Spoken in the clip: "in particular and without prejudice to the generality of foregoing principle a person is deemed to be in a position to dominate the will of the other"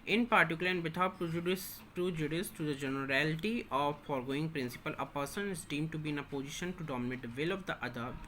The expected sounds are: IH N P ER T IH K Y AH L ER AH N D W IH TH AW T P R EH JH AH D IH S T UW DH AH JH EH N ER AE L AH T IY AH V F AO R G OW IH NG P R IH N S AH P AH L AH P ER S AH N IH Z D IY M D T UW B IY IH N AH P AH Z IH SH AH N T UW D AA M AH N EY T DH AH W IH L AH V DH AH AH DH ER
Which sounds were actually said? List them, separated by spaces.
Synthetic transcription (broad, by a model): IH N P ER T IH K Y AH L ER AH N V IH T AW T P R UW JH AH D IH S T UW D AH JH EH N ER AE L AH T IY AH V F AO R G OW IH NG P R IH N S AH P AH L AH P ER S AH N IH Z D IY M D T UW B IY IH N AH P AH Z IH SH AH N T UW D AA M AH N EY T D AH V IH L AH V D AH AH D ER